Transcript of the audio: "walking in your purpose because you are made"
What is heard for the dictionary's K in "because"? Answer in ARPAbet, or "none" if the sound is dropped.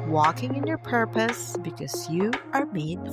K